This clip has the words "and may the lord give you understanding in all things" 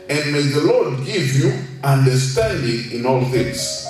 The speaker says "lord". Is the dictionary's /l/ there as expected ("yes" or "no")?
yes